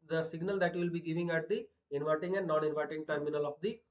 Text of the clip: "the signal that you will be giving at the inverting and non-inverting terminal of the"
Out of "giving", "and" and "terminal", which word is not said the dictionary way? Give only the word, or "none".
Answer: none